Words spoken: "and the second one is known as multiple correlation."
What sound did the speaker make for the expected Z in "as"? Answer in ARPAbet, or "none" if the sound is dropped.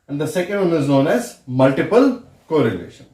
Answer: Z